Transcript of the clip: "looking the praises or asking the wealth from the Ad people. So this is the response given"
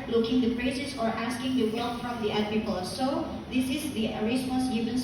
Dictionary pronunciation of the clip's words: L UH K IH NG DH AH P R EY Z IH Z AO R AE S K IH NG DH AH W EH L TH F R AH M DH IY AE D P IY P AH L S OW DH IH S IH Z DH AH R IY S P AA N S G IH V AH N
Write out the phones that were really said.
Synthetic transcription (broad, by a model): L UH K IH NG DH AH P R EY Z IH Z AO R AE S K IH NG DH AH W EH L F R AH M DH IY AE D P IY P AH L S OW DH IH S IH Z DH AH R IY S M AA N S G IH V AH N